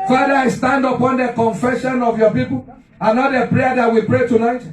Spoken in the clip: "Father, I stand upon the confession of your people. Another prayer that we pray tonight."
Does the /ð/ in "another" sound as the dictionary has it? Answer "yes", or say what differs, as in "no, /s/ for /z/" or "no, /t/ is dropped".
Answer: no, /ð/ is dropped